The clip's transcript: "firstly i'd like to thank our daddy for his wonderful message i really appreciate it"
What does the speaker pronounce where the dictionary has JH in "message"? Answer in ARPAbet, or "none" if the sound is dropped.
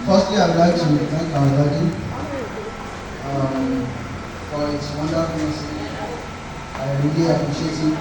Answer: none